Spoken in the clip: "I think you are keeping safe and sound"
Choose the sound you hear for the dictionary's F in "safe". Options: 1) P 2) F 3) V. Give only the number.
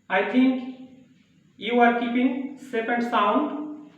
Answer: 1